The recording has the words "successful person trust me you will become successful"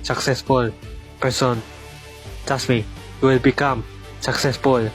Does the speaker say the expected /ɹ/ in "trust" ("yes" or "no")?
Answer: no